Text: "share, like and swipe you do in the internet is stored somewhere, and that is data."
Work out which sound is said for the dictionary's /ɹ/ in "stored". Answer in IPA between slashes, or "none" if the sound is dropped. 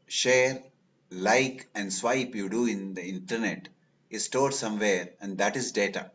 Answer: /ɹ/